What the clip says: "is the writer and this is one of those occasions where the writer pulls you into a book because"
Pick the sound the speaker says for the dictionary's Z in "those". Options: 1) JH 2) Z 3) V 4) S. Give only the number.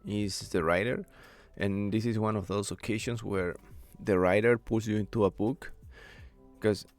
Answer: 4